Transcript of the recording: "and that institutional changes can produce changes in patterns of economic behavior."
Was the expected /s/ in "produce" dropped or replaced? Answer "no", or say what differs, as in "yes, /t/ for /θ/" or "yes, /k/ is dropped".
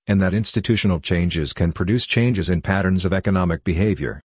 no